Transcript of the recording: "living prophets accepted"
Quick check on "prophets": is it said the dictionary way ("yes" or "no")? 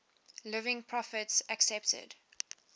yes